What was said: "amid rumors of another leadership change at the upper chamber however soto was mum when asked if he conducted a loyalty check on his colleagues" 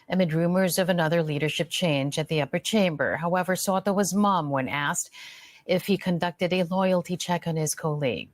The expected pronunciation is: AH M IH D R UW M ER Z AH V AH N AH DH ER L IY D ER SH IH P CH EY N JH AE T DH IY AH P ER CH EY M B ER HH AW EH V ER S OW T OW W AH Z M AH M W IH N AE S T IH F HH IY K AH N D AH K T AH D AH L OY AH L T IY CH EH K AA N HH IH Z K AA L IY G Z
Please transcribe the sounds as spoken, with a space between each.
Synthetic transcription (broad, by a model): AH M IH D R UW M ER Z AH V AH N AH DH ER L IY D ER SH IH P CH EY N JH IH T DH IY AH P ER CH EY M B ER HH AW EH V ER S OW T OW W AH Z M AH M W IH N AE S T IH F HH IY K AH N D AH K T AH D AH L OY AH L T IY CH EH K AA N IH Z K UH L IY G